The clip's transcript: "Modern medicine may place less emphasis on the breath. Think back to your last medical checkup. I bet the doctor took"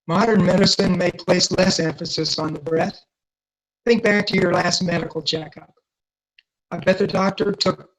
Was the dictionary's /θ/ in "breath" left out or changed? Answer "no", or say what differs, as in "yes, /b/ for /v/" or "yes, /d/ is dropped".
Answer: no